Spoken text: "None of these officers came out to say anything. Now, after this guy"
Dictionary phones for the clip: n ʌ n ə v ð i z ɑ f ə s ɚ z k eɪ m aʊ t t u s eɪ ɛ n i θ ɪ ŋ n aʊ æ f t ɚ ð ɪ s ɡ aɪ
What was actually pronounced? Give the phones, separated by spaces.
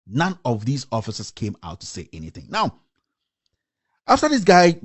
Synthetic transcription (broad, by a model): n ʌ n ə v ð i z ɑ f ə s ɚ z k eɪ m aʊ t t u s eɪ ɛ n i θ ɪ ŋ n aʊ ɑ f t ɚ ð ɪ s ɡ aɪ